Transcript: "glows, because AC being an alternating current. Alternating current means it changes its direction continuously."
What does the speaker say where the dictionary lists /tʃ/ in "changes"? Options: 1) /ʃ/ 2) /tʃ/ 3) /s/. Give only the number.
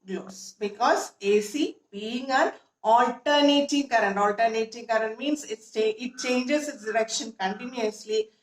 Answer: 3